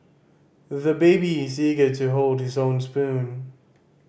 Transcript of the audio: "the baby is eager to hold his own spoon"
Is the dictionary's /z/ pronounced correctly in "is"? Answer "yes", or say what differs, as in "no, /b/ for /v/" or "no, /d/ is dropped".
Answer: yes